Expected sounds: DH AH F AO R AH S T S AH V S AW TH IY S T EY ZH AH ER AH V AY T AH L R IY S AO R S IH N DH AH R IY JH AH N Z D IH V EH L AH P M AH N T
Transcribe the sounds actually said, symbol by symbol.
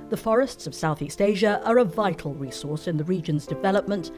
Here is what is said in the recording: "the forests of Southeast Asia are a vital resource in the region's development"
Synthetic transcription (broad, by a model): DH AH F AO R AH S T S AH V S AW TH IY S T EY ZH AH ER AH V AY T L R IY S AO R S IH N DH AH R IY JH AH N Z D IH V EH L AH P M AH N T